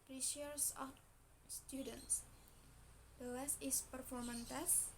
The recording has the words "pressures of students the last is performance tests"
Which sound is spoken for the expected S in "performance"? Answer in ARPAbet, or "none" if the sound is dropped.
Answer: none